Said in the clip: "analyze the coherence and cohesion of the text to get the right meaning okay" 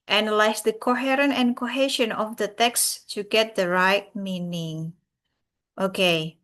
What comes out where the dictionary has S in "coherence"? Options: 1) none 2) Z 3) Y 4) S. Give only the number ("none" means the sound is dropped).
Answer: 1